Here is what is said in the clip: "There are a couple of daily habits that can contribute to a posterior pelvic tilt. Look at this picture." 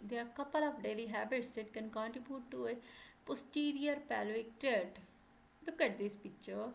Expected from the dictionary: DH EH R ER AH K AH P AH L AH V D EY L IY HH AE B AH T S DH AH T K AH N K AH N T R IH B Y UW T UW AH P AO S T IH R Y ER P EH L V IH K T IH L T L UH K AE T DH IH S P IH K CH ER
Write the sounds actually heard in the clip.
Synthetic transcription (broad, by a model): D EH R K AH P AH L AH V D EY L IY HH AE B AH T S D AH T K AH N K AH N T R IH B Y UW T UW AH P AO S T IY R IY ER P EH L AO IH K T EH T L UH K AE T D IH S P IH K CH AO